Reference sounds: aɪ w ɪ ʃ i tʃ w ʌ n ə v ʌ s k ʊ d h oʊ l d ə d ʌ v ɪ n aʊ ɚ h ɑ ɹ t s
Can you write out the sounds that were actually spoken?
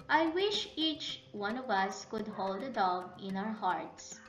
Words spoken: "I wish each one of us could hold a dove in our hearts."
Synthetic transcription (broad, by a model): aɪ w ɪ ʃ i tʃ w ʌ n ə v ʌ s k ʊ d h oʊ l d ə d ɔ b ɪ n aʊ ɚ h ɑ ɹ t s